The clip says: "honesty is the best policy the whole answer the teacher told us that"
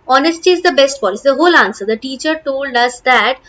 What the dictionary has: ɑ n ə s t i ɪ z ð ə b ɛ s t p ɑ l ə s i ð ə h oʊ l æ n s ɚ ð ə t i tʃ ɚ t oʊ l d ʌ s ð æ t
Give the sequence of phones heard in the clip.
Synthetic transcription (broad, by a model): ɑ n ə s t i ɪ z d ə b ɛ s t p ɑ ə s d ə h oʊ l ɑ n s ɚ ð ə t i tʃ ɚ t oʊ l d ʌ s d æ t